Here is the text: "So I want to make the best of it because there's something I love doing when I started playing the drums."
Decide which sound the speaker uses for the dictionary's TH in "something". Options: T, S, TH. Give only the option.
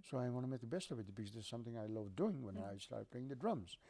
TH